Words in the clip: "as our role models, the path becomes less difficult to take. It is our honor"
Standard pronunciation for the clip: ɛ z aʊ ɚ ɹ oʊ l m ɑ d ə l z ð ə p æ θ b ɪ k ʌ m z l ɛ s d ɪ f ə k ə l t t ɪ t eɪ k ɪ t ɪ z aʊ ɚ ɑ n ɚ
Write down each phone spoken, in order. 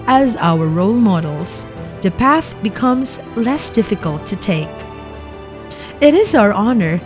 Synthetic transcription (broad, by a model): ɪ z aʊ ɚ ɹ oʊ l m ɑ d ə l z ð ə p æ θ b ɪ k ʌ m z l ɛ s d ɪ f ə k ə l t t ɪ t eɪ k ɪ t ɪ z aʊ ɚ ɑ n ɚ